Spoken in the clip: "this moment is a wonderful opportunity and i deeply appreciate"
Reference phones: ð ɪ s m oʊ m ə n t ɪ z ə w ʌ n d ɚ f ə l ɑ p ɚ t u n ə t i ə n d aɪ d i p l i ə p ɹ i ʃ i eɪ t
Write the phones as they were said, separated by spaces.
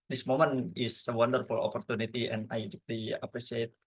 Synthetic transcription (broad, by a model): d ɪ s m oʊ m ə n ɪ s ə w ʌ n d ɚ f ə l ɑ p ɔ t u n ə t i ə n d aɪ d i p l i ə p ɹ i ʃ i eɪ t